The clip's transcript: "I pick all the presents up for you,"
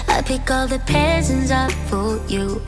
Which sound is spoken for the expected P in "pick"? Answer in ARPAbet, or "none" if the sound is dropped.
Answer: P